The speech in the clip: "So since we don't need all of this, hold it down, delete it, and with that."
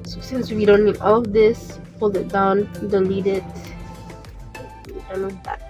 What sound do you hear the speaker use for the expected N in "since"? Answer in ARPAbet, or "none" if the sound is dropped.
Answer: N